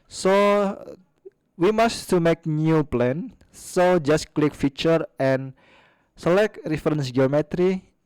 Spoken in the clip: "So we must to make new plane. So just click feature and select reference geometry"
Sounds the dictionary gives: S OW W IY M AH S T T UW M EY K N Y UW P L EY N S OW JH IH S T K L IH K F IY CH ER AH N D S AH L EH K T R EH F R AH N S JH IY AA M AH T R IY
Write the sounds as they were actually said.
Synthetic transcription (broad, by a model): S OW W IY M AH S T T UW M EY K N Y UW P L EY N S OW JH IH S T K L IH K F IY CH ER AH N S AH L EH K T R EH F R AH N S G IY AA M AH T R IY